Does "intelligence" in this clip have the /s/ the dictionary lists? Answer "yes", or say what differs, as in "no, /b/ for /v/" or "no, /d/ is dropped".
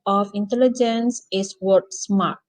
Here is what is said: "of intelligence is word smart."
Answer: yes